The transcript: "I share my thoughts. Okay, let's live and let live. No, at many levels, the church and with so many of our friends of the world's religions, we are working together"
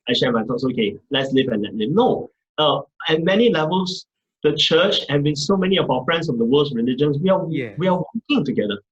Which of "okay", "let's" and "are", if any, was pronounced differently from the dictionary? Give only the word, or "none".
are